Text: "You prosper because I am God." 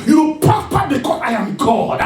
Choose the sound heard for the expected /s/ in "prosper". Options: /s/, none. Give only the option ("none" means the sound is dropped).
none